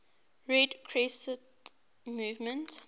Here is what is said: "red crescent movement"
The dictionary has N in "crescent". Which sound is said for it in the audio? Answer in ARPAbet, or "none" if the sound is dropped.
none